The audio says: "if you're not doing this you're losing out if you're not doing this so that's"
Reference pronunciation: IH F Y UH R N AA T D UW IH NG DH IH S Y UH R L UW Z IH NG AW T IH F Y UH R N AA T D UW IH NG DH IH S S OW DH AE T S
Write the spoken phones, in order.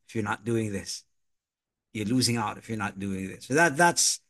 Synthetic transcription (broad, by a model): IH F Y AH R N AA T D UW IH NG DH IH S Y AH R L UW Z IH NG AW T IH F Y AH R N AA T D UW IH NG DH IH S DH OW DH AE T S